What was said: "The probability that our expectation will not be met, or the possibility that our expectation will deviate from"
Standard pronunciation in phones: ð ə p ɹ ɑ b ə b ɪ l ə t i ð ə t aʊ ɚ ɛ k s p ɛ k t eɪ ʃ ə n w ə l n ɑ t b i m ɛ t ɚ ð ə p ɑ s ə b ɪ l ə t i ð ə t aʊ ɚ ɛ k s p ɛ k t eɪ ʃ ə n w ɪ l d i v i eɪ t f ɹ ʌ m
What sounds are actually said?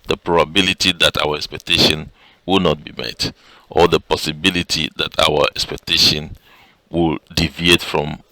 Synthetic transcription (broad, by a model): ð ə p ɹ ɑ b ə b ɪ l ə t i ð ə t aʊ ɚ ɛ k s p ɛ k t eɪ ʃ ə n w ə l n ɑ t b i m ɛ t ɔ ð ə p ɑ s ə b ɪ l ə t i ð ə t aʊ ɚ ɛ k s p ɛ k t eɪ ʃ ə n w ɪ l d i v i eɪ t f ɹ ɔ m